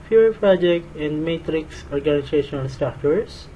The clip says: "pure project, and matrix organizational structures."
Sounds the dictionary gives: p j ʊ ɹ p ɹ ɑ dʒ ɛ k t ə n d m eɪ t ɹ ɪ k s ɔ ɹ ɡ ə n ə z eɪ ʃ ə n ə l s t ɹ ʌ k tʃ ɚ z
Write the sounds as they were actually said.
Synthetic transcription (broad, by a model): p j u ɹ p ɹ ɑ dʒ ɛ k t ə n d m eɪ t ɹ ɪ k s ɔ ɹ ɡ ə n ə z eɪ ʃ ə n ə l s t ɹ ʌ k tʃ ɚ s